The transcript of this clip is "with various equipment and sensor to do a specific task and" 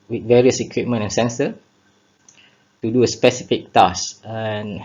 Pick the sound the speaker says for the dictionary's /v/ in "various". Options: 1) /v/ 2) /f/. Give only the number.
1